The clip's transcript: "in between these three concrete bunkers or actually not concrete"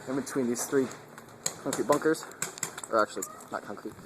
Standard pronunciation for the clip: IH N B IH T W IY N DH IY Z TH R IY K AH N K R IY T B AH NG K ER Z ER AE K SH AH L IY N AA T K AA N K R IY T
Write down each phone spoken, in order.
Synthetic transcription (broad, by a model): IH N B IH T W IY N DH IY Z TH R IY K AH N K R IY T B AH NG K ER Z ER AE K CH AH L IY N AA T K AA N K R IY T